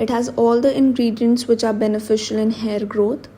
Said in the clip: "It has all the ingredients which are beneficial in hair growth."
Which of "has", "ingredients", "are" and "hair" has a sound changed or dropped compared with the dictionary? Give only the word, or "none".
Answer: none